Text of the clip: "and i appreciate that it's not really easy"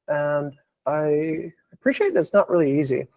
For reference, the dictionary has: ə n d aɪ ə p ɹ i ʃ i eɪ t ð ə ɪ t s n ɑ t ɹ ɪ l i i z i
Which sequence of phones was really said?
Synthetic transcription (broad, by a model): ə n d aɪ ə p ɹ i ʃ i eɪ t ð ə ɪ t s n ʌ t ɹ ɪ l i i z i